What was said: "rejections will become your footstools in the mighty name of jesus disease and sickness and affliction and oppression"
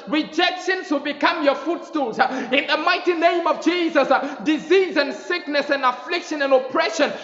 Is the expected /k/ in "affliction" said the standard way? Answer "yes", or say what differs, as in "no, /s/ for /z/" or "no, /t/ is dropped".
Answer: yes